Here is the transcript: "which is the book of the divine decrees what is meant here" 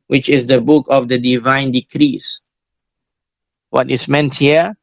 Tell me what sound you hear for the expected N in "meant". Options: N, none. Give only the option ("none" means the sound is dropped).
N